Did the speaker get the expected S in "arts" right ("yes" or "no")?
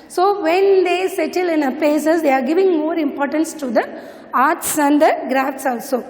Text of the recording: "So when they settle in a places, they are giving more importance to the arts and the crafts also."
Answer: yes